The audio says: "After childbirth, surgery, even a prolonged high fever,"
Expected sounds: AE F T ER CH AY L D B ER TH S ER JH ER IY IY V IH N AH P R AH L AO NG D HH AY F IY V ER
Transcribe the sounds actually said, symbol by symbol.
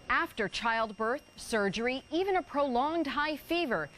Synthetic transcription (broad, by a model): AE F T ER CH AY L D B ER TH S ER JH ER IY IY V IH N AH P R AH L AO NG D HH AY F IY V ER